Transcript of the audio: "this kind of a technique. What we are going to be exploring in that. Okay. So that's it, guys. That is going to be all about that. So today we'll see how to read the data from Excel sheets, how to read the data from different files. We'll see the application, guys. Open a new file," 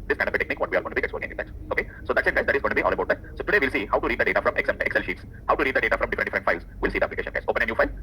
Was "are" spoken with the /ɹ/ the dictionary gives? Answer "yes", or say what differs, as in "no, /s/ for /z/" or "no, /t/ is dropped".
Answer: no, /l/ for /ɹ/